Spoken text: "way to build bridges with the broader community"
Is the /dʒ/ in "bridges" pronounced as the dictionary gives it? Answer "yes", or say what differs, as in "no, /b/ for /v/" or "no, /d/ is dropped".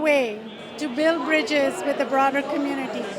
yes